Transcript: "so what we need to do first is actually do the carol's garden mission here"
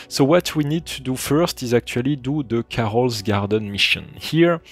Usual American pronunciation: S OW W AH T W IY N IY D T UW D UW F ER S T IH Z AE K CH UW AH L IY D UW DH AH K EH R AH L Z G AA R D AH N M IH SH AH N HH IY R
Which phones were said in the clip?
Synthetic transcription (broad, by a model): S OW W AH T W IY N IY D T UW D UW F ER S T IH Z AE K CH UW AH L IY D UW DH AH K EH R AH L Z G AA R D AH N M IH SH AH N HH IY R